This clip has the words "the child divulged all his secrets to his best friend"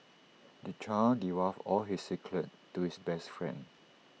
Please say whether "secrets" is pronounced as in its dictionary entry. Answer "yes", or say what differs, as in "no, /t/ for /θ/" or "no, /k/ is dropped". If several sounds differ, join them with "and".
no, /l/ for /ɹ/ and /s/ is dropped